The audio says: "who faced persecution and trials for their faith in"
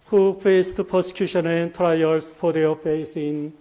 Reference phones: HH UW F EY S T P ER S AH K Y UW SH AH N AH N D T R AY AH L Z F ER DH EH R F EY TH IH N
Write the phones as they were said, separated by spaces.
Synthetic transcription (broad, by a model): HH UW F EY S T P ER S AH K Y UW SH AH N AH N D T R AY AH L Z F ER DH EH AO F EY S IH N